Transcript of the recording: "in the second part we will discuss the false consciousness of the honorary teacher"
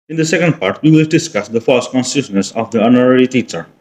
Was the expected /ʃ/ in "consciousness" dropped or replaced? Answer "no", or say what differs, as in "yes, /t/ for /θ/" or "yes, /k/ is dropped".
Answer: yes, /s/ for /ʃ/